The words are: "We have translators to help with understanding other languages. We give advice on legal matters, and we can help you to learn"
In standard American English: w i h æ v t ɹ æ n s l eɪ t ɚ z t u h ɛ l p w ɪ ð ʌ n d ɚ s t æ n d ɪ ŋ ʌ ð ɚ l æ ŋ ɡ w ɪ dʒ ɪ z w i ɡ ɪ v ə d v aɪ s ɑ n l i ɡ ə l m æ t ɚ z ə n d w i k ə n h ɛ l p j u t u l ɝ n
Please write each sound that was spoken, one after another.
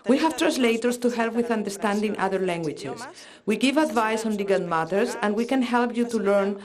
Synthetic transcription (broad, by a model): w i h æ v t ɹ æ n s l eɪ t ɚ s t u h ɛ l p w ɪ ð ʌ n d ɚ s t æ n d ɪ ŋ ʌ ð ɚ l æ ŋ ɡ w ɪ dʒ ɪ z w i ɡ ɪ v ə d v aɪ s ɑ n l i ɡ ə n m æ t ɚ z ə n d w i k ə n h ɛ l p j u t u l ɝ n